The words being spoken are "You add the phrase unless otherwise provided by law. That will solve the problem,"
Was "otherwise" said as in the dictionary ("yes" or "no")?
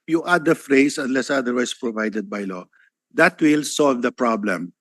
no